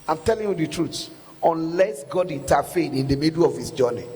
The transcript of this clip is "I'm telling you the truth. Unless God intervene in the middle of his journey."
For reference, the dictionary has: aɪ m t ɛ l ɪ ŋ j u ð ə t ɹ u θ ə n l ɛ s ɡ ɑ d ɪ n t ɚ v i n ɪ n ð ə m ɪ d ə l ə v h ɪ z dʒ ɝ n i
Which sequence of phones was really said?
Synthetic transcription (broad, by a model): aɪ m t ɛ l ɪ ŋ j u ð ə t ɹ u s ə n l ɛ s ɡ ɑ d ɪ n t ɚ f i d ɪ n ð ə m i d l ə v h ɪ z dʒ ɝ n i